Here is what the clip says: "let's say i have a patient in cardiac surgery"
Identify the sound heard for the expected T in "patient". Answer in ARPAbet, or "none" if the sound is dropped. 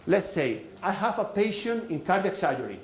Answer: none